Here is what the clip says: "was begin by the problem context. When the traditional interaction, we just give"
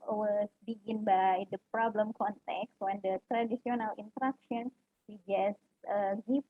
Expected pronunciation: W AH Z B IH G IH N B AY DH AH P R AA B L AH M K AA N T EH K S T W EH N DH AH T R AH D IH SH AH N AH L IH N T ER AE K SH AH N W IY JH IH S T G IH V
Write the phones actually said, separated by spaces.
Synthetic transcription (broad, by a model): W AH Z B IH G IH N B AY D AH P R AA B L AH M K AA N T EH K S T W EH N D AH T R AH D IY S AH N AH L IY N T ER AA K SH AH N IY JH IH S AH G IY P